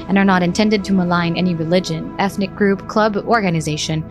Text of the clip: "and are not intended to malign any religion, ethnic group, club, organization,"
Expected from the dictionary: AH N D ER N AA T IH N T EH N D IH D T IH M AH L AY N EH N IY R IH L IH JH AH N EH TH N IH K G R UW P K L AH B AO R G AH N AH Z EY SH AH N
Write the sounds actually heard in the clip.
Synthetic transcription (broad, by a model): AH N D ER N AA T IH N T EH N D IH D T IH M AH L AY N EH N IY R IH L IH JH AH N EH TH N IH K G R UW P K L AH B AO R G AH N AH Z EY SH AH N